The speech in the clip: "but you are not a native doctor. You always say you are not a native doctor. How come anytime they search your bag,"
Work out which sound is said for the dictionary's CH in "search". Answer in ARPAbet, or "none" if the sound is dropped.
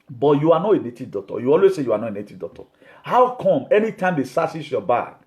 S